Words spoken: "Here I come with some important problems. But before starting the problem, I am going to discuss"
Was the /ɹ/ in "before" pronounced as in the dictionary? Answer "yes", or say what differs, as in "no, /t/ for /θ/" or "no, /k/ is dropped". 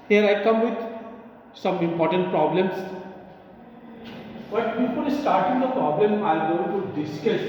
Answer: no, /l/ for /ɹ/